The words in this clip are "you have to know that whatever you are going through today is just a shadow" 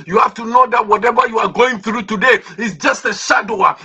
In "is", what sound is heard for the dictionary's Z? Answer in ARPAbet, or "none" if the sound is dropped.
S